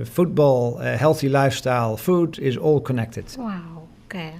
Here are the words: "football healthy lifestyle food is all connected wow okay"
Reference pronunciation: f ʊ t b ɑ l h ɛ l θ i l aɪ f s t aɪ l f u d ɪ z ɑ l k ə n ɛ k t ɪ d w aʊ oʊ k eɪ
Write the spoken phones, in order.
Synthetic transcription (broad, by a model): f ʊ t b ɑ l h ɛ l θ i l aɪ f s t aɪ l f u d ɪ z ɑ l k ə n ɛ k t ɪ d w aʊ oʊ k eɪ